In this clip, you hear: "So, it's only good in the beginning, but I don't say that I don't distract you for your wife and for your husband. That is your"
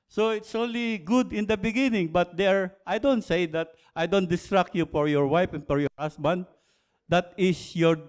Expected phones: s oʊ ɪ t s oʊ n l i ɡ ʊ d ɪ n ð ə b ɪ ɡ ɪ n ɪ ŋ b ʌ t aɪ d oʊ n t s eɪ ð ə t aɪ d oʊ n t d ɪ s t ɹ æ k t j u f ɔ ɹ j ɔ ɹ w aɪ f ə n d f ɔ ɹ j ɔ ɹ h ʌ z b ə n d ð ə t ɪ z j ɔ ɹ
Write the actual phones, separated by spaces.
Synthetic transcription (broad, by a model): s oʊ ɪ t s oʊ n l i ɡ ʊ d ɪ n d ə b ɪ ɡ ɪ n ɪ ŋ b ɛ t aɪ d oʊ n t s eɪ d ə t aɪ d oʊ n t d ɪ s t ɹ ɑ k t j u f ɔ ɹ j ɔ ɹ w aɪ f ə n f ɔ ɹ j ɔ ɹ h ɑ s b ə n d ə t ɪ s j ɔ ɹ